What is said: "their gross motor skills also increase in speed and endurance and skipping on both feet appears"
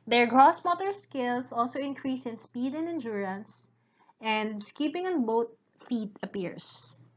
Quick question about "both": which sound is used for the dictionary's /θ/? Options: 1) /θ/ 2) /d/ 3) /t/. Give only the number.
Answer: 3